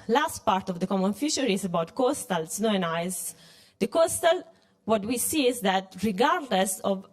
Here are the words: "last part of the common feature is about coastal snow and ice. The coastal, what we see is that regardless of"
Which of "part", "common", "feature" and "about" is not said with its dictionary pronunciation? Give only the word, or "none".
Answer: feature